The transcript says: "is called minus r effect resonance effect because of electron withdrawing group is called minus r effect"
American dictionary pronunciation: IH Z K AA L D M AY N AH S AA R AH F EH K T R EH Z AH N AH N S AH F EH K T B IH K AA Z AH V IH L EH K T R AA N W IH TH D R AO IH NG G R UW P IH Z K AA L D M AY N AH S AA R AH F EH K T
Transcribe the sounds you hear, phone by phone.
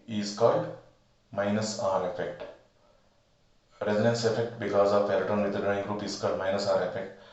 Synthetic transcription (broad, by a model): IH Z K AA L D M AY N AH S AA R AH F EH K T R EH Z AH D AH N S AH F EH K T B IH K AA Z AH V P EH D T AA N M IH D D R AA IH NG G R UW P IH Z K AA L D M AY N AH S AA R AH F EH K T